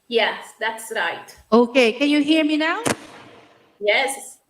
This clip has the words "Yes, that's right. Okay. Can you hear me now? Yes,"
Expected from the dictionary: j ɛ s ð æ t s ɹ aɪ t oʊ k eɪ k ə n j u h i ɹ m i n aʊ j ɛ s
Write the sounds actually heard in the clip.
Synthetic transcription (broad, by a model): j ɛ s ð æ t s ɹ aɪ t oʊ k eɪ k ə n j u h i ɹ m i n aʊ j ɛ s